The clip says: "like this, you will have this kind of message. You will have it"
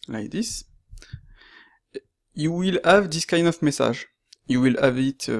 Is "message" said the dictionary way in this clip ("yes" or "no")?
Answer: no